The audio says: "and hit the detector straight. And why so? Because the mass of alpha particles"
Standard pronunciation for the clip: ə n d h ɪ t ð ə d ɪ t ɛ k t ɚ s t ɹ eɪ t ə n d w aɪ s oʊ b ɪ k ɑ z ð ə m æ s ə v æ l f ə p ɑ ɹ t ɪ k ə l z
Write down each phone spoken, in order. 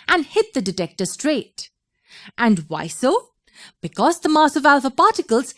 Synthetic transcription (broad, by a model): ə n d h ɪ t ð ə d ɪ t ɛ k t ɚ s t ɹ eɪ t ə n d w aɪ s oʊ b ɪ k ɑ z ð ə m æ s ə v æ l f ə p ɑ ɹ t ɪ k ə l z